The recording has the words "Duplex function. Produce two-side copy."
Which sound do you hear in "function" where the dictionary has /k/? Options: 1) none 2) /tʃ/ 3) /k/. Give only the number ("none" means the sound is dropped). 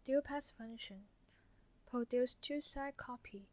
1